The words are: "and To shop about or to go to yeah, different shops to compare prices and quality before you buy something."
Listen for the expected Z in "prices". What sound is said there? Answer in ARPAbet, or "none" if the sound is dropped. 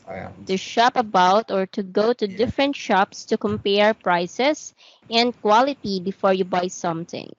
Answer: S